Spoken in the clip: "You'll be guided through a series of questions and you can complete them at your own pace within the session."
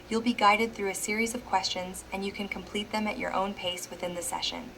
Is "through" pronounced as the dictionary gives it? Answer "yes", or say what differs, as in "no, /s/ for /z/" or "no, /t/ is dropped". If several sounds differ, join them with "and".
yes